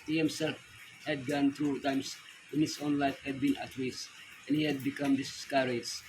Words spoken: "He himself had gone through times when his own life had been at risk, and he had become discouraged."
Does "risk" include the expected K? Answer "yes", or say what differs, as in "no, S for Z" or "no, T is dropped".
no, K is dropped